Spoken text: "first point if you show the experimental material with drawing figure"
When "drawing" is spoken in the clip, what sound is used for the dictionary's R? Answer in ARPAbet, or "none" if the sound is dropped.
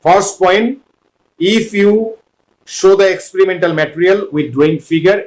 none